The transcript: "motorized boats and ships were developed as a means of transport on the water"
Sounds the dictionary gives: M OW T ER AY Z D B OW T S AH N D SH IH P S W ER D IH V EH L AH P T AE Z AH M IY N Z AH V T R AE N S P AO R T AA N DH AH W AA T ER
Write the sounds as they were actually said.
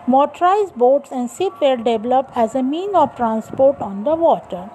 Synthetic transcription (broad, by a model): M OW T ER AY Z B OW T S AH N D S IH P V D D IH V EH L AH P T AE Z AH M IY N AH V T R AE N S P AO R T AA N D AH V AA T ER